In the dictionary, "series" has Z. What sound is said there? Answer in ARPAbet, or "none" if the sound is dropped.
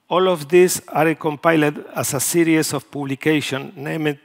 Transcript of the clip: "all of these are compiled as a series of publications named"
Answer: S